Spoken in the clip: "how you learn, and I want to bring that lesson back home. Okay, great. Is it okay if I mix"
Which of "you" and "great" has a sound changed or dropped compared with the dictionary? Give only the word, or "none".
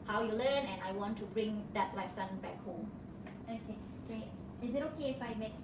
great